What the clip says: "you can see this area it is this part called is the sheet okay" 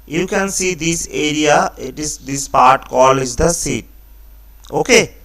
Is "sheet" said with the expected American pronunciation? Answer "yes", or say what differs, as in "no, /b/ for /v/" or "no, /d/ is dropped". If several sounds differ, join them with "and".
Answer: no, /s/ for /ʃ/